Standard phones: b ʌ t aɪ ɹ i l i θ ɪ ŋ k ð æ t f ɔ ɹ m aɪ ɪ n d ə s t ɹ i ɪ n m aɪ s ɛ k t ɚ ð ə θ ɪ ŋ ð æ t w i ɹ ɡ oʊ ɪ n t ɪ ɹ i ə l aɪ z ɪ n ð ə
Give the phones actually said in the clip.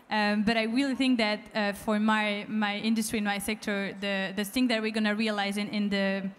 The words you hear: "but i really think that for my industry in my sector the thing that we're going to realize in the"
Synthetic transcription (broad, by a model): b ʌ t aɪ ɹ i l i θ ɪ ŋ k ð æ t f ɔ ɹ m aɪ ɪ n d ə s t ɹ i ɪ n m aɪ s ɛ k t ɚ ð ə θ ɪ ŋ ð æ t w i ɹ ɡ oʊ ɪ n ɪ ɹ i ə l aɪ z ɪ n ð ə